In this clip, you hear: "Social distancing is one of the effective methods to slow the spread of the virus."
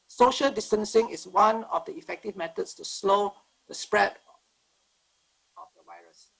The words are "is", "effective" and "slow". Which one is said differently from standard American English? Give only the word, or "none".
is